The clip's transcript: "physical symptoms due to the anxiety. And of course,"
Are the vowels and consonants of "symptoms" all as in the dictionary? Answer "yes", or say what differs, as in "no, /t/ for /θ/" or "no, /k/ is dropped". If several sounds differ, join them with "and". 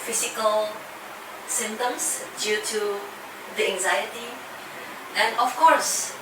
no, /p/ is dropped and /s/ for /z/